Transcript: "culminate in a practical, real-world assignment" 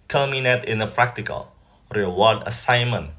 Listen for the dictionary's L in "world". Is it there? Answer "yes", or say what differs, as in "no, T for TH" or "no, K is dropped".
no, L is dropped